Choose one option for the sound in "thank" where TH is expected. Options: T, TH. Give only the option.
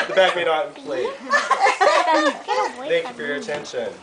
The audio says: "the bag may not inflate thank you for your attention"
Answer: TH